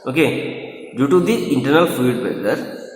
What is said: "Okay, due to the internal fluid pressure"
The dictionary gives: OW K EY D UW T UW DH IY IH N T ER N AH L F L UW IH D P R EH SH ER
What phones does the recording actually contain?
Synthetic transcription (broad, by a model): OW K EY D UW T UW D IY IH N T ER N AH L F UW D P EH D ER